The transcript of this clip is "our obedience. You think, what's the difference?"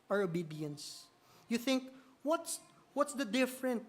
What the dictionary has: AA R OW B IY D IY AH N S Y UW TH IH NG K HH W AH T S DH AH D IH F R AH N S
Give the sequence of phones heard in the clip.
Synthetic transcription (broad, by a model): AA R OW B IY D IY AH N S Y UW TH IH NG K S W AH T S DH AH D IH F R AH N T